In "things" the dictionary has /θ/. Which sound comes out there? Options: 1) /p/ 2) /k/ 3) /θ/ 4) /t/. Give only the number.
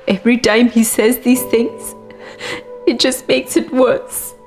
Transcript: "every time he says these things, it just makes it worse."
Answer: 3